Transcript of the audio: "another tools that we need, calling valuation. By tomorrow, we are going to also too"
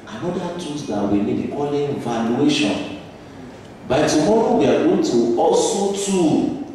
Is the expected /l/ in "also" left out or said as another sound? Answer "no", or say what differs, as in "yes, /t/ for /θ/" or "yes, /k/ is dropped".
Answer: yes, /l/ is dropped